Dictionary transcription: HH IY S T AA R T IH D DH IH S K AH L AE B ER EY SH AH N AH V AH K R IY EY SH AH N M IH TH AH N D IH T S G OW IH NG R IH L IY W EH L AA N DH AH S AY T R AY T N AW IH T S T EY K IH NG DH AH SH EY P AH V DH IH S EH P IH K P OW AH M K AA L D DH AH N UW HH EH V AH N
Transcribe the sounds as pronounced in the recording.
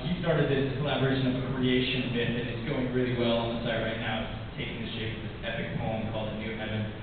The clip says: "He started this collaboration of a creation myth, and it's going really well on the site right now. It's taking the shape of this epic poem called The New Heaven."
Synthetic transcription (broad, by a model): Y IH S T AA R T IH D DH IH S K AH L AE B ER EY SH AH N AH V AH K R IY EY SH AH N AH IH T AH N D IH T S G OW IH NG R IH L IY W EH L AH N DH AH S AY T R AY T N AW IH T T EY K IH NG DH AH SH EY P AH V DH IH S EH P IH K P OW AH M K AA L D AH N UW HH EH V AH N